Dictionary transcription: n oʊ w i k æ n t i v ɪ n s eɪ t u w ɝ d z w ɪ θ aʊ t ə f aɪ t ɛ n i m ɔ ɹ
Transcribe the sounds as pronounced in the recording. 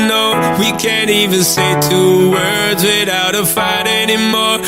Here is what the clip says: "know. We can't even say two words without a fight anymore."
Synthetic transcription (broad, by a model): n oʊ w i k æ n t i v ɪ n s eɪ t u w ɝ d z w ɪ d aʊ t ə f aɪ t ɛ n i m ɔ ɹ